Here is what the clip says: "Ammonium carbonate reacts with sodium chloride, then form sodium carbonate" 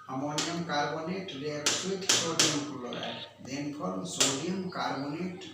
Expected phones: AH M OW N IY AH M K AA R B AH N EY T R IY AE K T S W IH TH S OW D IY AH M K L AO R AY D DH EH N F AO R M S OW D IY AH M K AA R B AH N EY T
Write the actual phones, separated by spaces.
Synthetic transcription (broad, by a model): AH M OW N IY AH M K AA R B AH N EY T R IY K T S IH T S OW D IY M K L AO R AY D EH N P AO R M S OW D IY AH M K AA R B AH N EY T